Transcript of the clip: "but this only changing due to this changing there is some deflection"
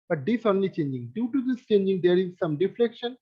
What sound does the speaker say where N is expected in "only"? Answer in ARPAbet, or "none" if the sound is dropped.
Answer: N